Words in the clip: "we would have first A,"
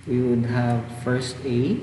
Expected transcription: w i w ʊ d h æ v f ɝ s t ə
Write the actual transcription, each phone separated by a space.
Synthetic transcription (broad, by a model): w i w ʊ d h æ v f ɝ s t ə